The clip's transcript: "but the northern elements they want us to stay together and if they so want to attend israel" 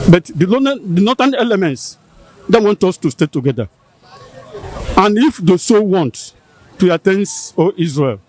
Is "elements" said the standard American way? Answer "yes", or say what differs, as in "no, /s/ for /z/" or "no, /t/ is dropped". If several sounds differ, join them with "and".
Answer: yes